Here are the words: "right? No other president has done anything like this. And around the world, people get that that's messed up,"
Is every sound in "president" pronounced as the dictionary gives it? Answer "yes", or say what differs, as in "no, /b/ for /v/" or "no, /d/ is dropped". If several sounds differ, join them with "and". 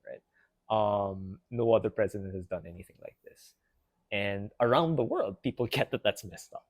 yes